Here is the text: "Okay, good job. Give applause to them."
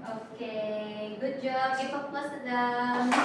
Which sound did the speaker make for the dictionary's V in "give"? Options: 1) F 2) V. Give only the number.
1